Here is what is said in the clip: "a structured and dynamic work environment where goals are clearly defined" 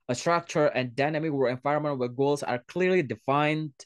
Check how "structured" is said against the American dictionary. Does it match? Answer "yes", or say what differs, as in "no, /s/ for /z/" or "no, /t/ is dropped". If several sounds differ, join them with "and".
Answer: no, /d/ is dropped